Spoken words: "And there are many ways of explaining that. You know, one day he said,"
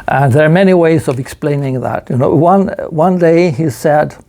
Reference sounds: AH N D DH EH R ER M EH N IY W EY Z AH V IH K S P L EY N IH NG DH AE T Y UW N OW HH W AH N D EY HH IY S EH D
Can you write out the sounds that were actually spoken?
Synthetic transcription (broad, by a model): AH N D DH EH R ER M EH N IY W EY Z AH V IH K S P L EY N IH NG DH AE T Y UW N OW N W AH N D EY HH IY S EH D